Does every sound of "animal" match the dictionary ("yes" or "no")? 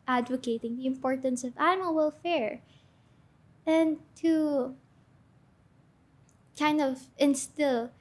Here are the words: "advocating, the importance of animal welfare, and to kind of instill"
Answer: no